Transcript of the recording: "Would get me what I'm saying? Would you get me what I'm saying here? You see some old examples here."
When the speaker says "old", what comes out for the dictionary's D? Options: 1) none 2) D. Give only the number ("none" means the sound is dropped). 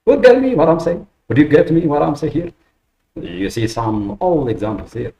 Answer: 1